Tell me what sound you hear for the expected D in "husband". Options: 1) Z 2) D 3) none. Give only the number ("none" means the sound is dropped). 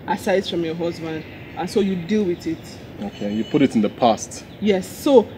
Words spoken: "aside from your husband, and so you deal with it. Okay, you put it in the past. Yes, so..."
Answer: 2